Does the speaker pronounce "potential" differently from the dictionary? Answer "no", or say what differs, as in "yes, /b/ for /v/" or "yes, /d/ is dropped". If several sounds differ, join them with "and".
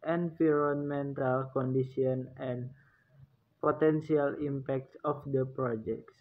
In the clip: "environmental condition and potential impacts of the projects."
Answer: yes, /s/ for /ʃ/